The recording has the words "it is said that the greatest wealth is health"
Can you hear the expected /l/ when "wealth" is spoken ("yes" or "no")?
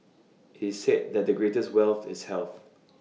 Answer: yes